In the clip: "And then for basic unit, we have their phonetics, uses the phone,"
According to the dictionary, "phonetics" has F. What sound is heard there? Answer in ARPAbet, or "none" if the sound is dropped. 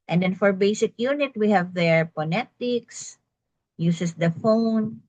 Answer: P